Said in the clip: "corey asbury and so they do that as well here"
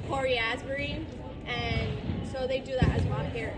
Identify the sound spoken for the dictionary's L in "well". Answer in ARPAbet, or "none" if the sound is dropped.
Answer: N